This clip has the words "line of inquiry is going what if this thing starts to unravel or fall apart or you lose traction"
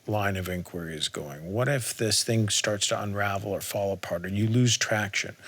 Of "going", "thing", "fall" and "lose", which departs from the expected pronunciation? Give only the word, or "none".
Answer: none